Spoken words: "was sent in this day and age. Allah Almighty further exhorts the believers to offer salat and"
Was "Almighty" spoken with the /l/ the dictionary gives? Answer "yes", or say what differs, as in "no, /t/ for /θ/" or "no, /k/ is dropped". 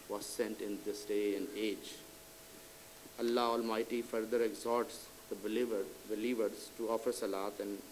yes